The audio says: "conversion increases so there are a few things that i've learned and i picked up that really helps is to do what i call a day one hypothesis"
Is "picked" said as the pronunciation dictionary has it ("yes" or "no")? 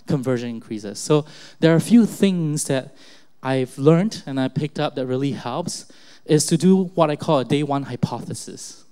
yes